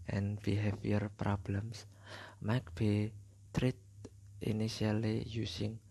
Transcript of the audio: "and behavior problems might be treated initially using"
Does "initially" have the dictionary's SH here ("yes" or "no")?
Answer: no